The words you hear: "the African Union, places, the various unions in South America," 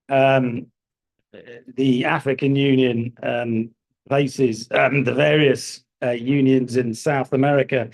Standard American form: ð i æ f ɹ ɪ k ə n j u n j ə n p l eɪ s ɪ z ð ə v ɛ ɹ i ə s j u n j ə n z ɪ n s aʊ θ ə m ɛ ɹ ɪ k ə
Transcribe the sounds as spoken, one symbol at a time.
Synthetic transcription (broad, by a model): ð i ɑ f ɹ ɪ k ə n j u n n ə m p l eɪ s ɪ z ð ə v ɛ ɹ i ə s j u n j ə n z ɪ n s aʊ θ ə m ɛ ɹ ɪ k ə